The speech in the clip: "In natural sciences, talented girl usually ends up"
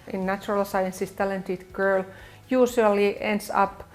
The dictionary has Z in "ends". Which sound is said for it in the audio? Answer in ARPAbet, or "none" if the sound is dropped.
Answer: S